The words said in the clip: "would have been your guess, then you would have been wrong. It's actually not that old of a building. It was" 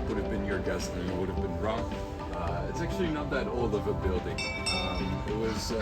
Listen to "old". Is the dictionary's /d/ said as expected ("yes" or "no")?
no